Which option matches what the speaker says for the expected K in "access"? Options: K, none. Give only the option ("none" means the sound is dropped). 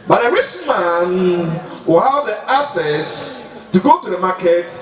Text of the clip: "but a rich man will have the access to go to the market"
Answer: none